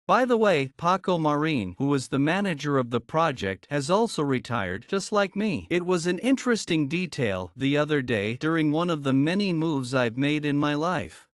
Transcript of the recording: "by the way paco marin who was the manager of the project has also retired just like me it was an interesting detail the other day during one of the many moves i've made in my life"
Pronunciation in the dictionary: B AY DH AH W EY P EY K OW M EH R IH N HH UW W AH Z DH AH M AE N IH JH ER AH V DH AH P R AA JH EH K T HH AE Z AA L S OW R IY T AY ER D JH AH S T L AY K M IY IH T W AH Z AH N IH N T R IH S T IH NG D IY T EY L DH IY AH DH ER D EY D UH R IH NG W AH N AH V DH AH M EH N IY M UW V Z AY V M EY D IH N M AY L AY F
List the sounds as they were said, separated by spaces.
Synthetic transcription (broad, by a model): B AY DH AH W EY P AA K OW M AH R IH N HH UW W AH Z DH AH M AE N IH JH ER AH V DH AH P R AA JH EH K T HH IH Z AA L S OW R IY T AY ER D JH AH S T L AY K M IY IH T W AH Z AH N IH N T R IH S T IH NG D IY T EY L DH IY AH DH ER D EY D UH R IH NG W AH N AH V DH AH M EH N IY M UW V Z AY V M EY D IH N M AY L AY F